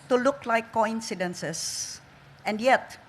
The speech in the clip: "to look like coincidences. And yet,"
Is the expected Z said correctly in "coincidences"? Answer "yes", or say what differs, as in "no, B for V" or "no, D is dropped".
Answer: no, S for Z